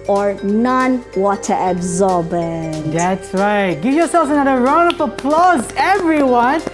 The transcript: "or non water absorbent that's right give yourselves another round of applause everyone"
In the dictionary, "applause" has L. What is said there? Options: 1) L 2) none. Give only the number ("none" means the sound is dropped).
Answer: 1